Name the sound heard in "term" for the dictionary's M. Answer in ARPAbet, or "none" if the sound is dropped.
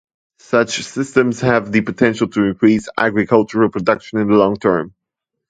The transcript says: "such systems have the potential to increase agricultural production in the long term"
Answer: M